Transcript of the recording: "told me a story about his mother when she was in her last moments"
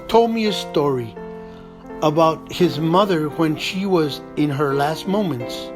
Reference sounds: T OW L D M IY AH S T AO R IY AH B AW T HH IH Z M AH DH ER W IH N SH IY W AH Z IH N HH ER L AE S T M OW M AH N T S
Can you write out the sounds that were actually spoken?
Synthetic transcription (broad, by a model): T OW L D M IY AH S T AO R IY AH B AW T HH IH Z M AH DH ER W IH N SH IY W AH Z IH N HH ER L AE S T M OW M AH N T S